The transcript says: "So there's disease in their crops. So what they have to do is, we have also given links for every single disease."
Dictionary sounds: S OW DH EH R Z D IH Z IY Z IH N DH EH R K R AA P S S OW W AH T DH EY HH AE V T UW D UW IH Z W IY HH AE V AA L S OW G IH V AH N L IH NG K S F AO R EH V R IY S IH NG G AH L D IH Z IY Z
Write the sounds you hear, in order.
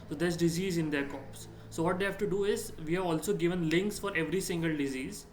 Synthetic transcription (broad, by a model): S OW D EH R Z D IH Z IY Z IH N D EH R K AA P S S OW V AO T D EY HH AE V T UW D UW IH Z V IY HH AE V AA L S OW G IH V AH N L IH NG K S F AO R EH V R IY S IH NG G AH L D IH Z IY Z